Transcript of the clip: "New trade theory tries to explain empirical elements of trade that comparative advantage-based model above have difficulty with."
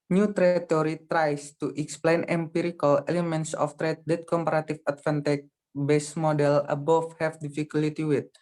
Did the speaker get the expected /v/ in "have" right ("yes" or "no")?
no